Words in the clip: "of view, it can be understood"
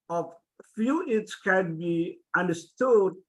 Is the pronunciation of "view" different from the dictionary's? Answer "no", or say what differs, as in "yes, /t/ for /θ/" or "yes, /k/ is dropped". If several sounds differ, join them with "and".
yes, /f/ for /v/